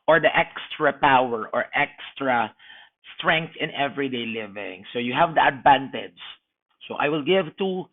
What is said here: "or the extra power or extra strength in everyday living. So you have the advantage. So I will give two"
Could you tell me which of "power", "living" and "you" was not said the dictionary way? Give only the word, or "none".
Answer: none